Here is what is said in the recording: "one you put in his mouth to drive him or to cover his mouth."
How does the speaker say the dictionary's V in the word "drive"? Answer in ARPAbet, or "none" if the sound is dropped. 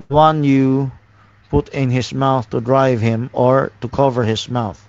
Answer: V